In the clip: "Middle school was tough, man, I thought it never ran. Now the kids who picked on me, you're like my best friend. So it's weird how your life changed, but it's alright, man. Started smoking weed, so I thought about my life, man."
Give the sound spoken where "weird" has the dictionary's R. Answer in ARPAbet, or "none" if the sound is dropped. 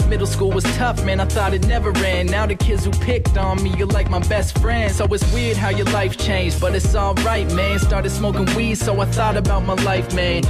R